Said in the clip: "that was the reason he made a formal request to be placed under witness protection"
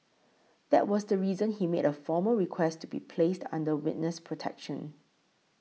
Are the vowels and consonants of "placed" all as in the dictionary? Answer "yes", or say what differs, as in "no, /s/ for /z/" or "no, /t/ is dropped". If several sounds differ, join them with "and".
yes